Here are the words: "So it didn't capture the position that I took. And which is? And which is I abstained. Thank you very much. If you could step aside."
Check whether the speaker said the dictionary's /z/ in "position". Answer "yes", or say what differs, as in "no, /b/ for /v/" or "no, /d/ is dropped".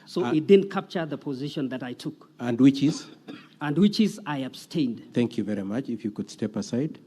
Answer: yes